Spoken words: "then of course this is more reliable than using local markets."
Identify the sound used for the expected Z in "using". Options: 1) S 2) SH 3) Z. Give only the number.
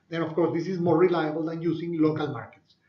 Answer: 1